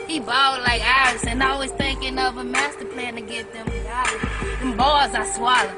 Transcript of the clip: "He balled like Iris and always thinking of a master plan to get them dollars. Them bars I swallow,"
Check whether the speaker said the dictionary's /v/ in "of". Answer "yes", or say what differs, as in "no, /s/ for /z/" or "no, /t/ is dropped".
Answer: yes